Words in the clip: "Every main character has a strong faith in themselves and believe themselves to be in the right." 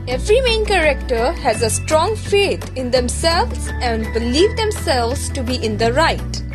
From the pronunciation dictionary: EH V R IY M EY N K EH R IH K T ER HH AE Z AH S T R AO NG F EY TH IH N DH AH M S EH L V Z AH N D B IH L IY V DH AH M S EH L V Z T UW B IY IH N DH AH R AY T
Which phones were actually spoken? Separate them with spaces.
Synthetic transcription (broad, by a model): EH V R IY M EY N K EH R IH K T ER HH AE Z AH S T R AO NG F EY T IH N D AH M S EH L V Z AH N D B IH L IY V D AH M S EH L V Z T UW B IY IH N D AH R AY T